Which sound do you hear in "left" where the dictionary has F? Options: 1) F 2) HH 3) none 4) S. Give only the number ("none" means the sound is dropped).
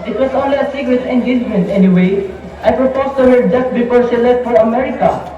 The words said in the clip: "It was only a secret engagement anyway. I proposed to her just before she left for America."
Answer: 3